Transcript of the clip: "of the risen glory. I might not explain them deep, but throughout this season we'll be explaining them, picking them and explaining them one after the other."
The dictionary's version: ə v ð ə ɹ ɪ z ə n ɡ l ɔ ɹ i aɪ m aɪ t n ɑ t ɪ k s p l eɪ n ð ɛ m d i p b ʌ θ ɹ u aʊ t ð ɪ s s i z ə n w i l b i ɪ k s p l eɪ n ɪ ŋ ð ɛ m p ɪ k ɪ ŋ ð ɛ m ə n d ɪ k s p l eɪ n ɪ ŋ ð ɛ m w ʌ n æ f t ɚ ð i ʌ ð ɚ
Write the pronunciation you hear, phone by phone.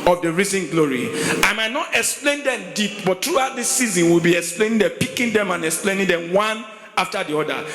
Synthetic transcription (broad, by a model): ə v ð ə ɹ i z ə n ɡ l ɔ ɹ i aɪ m aɪ t n ɑ t ɪ k s p l eɪ n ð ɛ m d i p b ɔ t ɹ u aʊ t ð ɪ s s i z ə n w i l b i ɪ k s p l eɪ n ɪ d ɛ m p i k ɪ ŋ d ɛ m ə n ɪ k s p l eɪ n ɪ ŋ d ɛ m w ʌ n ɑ f t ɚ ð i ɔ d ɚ